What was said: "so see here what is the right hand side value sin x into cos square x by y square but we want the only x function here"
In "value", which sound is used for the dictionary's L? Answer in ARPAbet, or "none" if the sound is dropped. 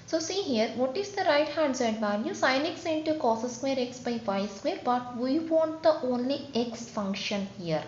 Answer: N